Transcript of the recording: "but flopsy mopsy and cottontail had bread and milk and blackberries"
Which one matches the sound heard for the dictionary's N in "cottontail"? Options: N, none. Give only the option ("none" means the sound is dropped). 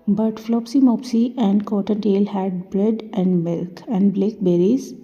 N